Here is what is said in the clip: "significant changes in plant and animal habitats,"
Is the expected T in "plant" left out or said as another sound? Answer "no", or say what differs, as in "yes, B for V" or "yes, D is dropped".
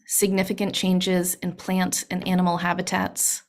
no